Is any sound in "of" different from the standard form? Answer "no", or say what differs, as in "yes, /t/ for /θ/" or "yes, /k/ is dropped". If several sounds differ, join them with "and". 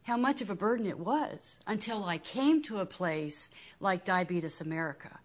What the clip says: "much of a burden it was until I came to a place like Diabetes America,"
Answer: no